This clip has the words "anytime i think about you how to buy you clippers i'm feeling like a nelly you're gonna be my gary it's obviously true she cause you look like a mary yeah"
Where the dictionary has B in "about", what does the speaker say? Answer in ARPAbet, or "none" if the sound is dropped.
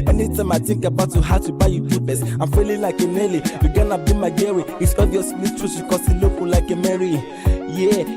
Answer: B